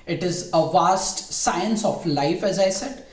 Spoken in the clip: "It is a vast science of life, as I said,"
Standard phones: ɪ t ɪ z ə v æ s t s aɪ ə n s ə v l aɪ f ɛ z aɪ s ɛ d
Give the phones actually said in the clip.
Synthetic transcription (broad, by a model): ɪ t ɪ z ə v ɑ s t s aɪ ə n s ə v l aɪ f ɛ z aɪ s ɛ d